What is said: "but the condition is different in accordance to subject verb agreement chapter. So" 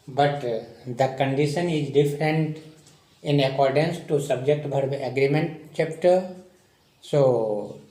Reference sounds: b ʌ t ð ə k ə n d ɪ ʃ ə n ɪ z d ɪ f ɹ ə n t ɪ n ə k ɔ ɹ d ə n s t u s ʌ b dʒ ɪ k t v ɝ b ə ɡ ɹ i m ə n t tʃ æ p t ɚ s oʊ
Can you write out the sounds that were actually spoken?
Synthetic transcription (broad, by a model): b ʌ t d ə k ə n d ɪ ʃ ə n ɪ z d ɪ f ɹ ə n t ɪ n ə k ɔ ɹ d ə n s t u s ʌ b dʒ ɪ k t b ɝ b ə ɡ ɹ i m ə n t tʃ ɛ p t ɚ s oʊ